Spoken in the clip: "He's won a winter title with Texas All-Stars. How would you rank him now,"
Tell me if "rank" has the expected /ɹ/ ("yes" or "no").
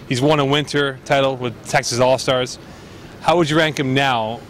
yes